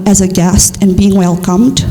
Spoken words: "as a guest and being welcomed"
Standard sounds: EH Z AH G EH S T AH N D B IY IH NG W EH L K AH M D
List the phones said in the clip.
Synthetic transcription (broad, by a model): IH Z AH G EH S T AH N B IY IH NG W EH L K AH M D